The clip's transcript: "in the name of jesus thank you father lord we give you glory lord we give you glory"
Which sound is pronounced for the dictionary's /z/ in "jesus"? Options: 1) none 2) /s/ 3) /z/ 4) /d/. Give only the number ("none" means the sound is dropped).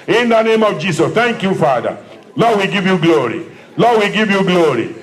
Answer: 2